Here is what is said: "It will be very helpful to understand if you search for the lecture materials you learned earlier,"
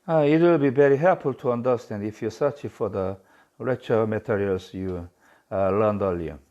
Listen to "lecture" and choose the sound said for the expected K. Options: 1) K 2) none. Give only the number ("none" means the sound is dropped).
2